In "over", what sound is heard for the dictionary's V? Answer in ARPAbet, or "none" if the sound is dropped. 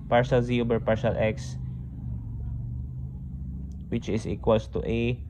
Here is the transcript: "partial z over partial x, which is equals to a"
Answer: B